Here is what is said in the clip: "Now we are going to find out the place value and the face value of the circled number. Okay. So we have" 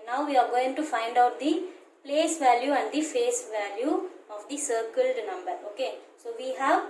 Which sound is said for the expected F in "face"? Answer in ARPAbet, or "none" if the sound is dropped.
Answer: F